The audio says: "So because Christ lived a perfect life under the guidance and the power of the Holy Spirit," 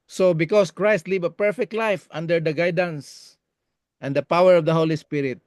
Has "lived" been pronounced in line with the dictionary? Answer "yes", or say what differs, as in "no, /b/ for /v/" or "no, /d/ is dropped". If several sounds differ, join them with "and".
no, /d/ is dropped